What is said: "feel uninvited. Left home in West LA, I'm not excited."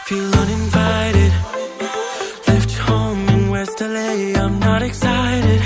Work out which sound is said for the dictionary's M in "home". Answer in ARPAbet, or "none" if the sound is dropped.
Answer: none